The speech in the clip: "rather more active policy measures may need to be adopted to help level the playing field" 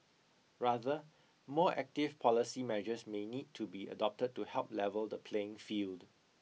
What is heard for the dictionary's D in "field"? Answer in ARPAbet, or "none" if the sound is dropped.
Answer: D